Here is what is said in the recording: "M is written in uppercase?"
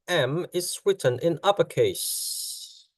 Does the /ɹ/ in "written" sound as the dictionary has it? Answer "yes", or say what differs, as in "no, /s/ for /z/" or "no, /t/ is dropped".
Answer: no, /w/ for /ɹ/